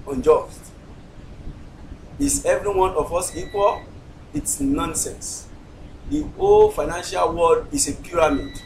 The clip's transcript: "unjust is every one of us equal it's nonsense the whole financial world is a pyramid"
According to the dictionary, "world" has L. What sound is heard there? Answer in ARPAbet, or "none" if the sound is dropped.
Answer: none